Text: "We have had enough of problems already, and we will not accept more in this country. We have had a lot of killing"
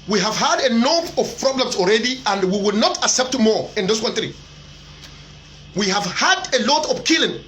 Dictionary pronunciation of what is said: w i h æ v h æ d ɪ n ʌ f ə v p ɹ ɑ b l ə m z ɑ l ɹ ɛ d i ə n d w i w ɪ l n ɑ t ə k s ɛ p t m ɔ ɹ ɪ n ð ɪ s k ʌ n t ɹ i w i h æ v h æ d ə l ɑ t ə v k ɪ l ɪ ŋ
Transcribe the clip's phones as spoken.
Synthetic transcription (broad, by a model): w i h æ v h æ d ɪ n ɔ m ə v p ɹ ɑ b l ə m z ɑ l ɹ ɛ d i ə n d w i w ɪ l n ɑ t ə k s ɛ p t m ɔ ɹ ɪ n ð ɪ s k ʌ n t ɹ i w i h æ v h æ d ə l ɑ t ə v k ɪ l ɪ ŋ